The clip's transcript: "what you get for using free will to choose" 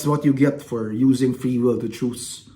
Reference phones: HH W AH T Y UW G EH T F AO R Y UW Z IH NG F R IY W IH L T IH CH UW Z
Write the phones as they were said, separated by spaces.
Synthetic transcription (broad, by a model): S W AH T Y UW G EH T F AO R Y UW Z IH NG F R IY W IH L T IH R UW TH